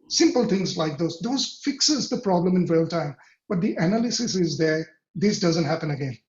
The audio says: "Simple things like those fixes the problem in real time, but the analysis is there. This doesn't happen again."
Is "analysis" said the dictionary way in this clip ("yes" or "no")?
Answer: yes